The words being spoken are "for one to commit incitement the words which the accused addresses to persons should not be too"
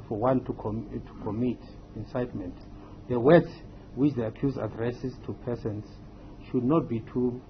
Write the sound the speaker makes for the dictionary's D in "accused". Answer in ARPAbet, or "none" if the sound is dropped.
none